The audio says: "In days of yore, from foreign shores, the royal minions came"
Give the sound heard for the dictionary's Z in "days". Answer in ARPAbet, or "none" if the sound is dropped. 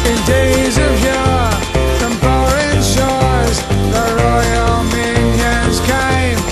Z